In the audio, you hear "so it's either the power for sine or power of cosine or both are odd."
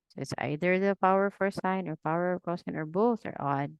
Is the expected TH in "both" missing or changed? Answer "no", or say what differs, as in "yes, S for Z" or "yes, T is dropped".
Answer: no